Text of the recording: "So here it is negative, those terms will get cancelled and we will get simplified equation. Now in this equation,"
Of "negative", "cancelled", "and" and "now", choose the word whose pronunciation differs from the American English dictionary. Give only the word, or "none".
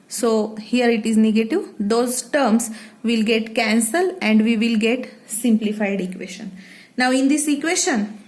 cancelled